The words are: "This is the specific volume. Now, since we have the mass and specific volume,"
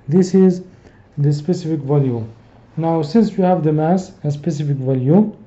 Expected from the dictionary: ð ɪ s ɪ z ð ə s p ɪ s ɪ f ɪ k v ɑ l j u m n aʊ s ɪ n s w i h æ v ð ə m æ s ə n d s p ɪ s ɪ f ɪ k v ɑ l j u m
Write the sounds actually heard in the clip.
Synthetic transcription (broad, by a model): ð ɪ s ɪ z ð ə s p ɪ s ɪ f ɪ k v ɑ l j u n aʊ s ɪ n s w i h æ v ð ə m æ s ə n s p ɪ s ɪ f ɪ k v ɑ l j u